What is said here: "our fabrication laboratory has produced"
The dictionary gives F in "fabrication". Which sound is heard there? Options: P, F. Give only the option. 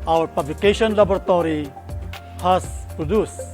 P